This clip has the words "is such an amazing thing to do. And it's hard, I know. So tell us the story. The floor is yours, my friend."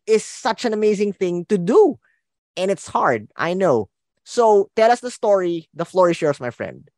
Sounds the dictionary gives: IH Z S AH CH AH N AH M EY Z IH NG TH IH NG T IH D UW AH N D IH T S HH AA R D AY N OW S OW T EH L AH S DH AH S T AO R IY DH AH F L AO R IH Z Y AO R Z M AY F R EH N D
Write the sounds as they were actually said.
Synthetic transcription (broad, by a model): IH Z S AH CH AH N AH M EY Z IH NG TH IH NG T IH D UW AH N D IH T S HH AA R D AY N OW S OW T EH L AH S DH AH S T AO R IY DH AH F L AO R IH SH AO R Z M AY F R EH N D